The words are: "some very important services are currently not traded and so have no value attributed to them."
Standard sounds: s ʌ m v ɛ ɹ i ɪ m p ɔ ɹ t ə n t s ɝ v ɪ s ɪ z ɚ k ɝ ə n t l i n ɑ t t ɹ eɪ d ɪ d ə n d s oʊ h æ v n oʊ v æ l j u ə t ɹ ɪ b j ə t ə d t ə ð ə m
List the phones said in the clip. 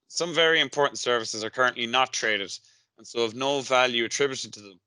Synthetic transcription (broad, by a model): s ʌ m v ɛ ɹ i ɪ m p ɔ ɹ t n t s ɝ v ɪ s ɪ z ɚ k ɝ ə n t l i n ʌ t t ɹ eɪ d ɪ d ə n s oʊ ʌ v n oʊ v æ l j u ə t ɹ ɪ b j ə t ə d t ə ð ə m